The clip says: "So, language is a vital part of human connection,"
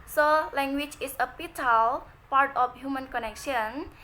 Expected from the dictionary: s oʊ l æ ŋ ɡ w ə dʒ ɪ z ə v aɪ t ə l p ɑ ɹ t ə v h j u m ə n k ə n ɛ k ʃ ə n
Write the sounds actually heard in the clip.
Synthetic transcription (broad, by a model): s oʊ l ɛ ŋ ɡ w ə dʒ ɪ s ə p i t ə l p ɑ ɹ t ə f h j u m ə n k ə n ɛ k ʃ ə n